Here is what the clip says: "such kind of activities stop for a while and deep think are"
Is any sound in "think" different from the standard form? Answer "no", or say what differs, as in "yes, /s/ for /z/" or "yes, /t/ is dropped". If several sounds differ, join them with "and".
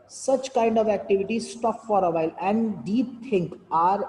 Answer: yes, /t/ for /θ/